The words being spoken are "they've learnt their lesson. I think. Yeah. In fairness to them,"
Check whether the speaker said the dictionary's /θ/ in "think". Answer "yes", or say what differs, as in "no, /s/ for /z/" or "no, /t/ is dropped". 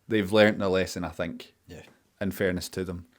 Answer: yes